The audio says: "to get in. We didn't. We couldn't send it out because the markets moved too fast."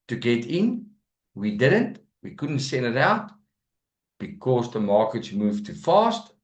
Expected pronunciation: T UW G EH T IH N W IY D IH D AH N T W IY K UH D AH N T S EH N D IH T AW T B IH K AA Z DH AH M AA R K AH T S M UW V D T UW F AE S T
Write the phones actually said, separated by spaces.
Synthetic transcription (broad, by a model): T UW G EH T IH N W IY D IH D AH N T W IY K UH D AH N T S EH N D IH T AW T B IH K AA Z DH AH M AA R K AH T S M UW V T UW F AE S T